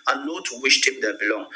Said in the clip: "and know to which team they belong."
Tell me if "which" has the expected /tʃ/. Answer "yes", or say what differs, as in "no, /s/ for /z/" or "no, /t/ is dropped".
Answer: no, /ʃ/ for /tʃ/